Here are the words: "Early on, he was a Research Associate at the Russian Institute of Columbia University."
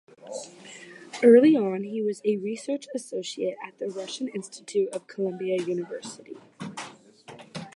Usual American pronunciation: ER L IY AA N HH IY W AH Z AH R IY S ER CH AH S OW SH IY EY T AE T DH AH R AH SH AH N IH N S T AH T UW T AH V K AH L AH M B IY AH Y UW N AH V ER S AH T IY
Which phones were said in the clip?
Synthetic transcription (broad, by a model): ER L IY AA N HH IY W AH Z AH R IY S ER CH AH S OW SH IY EY T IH T DH AH R AH SH AH N IH N S T AH T UW T AH V K AH L AH M B IY AH Y UW N AH V ER S AH T IY